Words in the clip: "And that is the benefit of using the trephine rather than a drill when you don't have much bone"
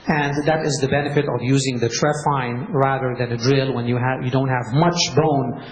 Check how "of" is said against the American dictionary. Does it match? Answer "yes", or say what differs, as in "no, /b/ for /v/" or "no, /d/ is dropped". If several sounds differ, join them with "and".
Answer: yes